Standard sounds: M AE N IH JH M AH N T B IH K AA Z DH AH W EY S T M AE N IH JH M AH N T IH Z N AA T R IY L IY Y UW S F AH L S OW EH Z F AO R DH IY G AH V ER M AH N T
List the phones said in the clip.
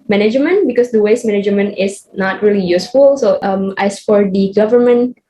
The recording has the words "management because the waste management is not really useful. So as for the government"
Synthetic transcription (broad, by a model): M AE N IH JH M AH N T B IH K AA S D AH W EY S M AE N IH JH M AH N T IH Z N AA T R IY L IY Y UW S F AH L S OW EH S F AO R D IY G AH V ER M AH N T